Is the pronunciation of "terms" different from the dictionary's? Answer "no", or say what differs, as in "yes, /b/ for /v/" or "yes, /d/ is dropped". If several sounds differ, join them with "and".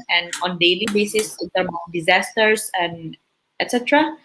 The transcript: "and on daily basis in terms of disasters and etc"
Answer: yes, /z/ is dropped